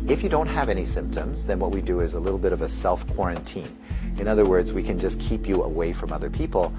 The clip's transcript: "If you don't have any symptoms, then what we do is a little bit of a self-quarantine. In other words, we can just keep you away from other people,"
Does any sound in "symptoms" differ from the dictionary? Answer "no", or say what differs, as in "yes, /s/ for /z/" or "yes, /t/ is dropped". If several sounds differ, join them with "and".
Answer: no